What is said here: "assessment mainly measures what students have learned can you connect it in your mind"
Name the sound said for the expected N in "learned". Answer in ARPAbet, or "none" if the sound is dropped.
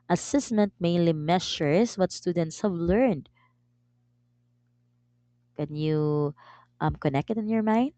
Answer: N